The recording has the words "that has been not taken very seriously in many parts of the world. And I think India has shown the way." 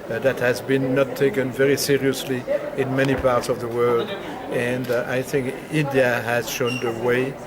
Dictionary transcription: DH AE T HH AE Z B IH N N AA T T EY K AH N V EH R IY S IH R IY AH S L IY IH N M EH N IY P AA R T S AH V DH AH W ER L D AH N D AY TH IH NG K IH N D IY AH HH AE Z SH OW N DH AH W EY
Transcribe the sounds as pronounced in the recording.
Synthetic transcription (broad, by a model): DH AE T HH AE Z B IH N N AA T T EY K AH N V EH R IY S IH R IY AH S L IY IH N M EH N IY P AA R T S AH V DH AH W ER L D AH N D AY TH IH NG K IH N D IY AH HH AE Z SH OW N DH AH W EY